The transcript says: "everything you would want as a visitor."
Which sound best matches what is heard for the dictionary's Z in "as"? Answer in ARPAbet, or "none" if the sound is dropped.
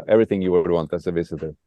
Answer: S